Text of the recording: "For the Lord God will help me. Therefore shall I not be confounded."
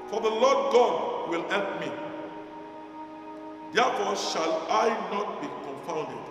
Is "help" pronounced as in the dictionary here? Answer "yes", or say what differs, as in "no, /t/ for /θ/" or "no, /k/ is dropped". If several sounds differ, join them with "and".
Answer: yes